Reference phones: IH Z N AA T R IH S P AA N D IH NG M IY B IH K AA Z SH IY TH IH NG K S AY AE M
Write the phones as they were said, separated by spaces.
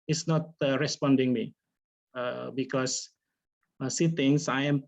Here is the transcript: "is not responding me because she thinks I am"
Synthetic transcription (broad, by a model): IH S N AA T R IH S P AA N D IH NG M IY B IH K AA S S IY T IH NG S AY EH M